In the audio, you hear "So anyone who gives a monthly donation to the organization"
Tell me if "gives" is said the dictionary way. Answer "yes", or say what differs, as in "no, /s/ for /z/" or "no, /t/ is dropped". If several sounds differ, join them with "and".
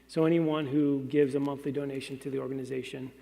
yes